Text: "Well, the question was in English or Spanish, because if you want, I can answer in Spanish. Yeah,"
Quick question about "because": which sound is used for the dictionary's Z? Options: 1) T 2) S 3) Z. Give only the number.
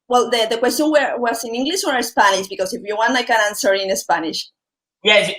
2